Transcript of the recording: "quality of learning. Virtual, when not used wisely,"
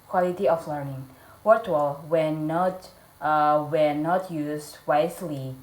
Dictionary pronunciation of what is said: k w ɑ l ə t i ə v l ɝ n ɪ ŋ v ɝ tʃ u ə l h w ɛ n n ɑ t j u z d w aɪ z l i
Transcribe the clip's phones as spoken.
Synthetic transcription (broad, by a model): k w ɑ l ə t i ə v l ɝ n ɪ ŋ w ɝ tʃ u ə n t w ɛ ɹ n ɑ t j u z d w aɪ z l i